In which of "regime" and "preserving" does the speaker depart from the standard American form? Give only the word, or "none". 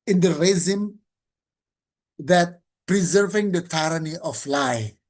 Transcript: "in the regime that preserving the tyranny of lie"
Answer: regime